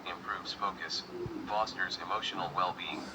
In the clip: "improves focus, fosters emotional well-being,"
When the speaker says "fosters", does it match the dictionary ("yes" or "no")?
yes